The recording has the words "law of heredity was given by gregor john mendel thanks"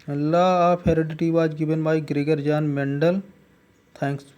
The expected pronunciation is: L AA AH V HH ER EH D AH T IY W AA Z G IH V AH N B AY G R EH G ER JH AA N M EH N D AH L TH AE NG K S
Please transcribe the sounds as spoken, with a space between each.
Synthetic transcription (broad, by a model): L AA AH P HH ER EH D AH T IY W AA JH G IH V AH N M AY G R EH G ER JH AA N M EH N D AH L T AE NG K S